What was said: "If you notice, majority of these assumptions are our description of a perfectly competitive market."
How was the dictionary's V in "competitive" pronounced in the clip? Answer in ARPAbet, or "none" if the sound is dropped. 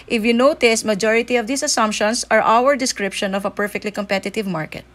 V